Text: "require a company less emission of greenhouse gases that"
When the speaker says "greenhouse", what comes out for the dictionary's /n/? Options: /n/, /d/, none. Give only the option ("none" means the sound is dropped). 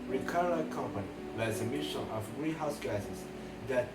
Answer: none